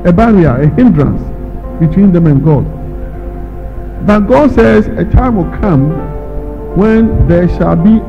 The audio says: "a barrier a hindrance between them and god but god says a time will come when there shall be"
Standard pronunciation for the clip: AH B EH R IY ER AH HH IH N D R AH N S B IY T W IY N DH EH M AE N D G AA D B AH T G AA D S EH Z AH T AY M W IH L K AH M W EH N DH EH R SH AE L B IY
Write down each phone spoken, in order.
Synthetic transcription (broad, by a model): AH B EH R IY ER AH HH IH N D R AH N S B IY T W IY N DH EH M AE N G AA D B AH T G AA D S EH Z AH T AY M W IH L K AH M W EH N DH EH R SH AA L B IY